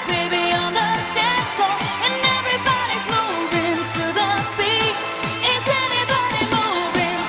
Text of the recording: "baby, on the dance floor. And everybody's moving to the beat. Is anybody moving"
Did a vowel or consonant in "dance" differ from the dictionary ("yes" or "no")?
yes